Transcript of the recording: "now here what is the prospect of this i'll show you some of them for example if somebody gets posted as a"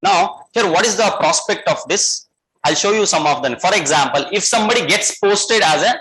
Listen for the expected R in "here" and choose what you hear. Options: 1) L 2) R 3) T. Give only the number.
2